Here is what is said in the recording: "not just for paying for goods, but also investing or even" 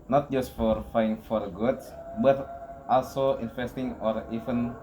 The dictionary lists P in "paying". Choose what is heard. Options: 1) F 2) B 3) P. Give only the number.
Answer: 1